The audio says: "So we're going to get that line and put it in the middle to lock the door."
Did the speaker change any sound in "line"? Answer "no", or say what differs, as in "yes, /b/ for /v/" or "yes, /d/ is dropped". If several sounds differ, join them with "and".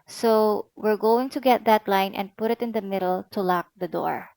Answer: no